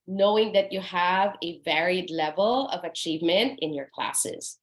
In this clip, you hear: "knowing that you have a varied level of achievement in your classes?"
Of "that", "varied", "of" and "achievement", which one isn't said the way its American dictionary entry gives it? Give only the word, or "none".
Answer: none